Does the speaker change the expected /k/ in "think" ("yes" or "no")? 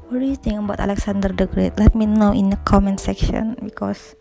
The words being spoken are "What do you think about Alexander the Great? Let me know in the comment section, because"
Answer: yes